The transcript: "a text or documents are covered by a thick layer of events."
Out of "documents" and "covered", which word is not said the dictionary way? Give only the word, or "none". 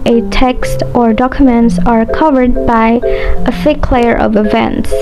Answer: none